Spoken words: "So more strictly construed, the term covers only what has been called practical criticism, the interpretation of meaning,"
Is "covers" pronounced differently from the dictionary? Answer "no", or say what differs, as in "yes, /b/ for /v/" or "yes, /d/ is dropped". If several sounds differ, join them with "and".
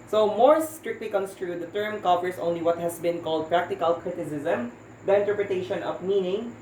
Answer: yes, /p/ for /v/